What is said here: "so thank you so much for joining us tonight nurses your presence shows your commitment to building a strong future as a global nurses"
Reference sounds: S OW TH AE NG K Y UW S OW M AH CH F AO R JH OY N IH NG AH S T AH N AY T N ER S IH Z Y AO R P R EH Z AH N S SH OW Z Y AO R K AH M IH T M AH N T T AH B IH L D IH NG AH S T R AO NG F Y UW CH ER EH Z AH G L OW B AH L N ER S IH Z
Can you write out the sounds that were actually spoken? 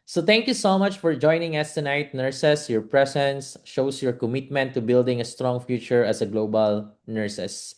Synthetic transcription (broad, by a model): S OW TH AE NG K Y UW S OW M AH CH F AO R JH OY N IH NG AH S T AH N AY T N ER S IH S Y AO R P R EH S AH N S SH OW S Y AO R K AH M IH T M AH N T T AH B IH L D IH NG AH S T R AO NG F Y UW CH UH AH S AH G L OW B AH L N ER S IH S